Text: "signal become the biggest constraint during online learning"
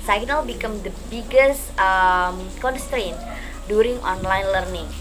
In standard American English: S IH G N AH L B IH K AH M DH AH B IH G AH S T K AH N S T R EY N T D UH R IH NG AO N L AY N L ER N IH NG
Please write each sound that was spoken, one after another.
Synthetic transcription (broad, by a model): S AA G N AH L B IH K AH M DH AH B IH G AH S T K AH N S T R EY N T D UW R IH NG AO N L AY N L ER N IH NG